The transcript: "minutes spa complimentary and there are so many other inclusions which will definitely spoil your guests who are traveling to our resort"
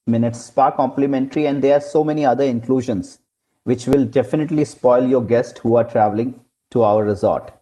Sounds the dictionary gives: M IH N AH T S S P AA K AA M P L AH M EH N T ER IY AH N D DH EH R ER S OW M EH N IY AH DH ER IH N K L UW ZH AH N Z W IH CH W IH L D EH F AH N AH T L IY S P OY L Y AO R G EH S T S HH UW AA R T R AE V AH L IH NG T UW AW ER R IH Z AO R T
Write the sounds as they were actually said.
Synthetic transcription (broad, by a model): M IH N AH T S S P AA K AA M P L AH M EH N T ER IY AH N D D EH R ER S OW M EH N IY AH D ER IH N K L UW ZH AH N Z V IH CH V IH L D EH F AH N AH T L IY S P OY L Y AO R G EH S T HH UW AA R T R AE V AH L IH NG T UW AW ER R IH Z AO R T